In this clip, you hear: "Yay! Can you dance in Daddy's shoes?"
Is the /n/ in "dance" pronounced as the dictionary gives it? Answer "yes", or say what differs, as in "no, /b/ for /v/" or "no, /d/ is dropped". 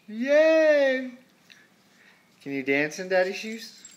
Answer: yes